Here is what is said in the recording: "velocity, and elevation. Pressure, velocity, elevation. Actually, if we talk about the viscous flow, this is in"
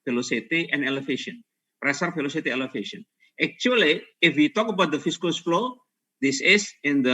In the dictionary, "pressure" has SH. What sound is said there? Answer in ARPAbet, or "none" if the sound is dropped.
S